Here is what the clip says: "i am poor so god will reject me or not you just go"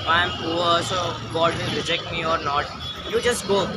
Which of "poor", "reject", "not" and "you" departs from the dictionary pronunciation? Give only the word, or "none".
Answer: poor